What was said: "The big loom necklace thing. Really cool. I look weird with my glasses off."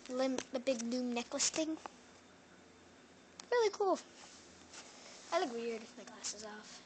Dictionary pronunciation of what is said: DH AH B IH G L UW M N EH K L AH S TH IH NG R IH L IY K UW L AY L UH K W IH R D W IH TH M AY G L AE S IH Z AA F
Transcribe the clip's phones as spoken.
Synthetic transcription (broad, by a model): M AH B IH G N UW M N EH K L AH S TH IH NG R IH L IY K UW L AY L UH K W IH R D M AY G L AE S IH Z AA F